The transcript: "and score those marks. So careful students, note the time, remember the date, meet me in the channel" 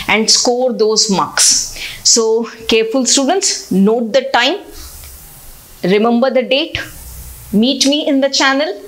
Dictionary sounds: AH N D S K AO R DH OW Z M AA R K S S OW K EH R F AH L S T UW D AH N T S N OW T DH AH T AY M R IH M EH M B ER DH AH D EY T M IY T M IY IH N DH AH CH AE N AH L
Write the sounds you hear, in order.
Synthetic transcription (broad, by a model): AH N D S K AO R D OW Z M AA K S S OW K EH R F AH L S T UW D AH N T S N OW T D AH T AY M R IH M EH M B ER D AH D EY T M IY T M IY IH N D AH CH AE N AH L